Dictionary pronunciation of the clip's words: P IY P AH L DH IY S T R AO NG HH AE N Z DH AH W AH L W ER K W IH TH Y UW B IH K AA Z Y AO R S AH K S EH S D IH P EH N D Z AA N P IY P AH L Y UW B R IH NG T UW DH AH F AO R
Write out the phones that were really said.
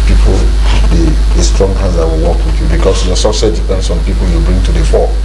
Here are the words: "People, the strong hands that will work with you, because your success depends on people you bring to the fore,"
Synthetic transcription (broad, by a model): P IY P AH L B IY S T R AO NG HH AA Z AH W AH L W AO K W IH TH Y UW B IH K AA S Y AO S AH S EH D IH P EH N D S AA N P IY P AH L Y UW B R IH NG T UW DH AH F AO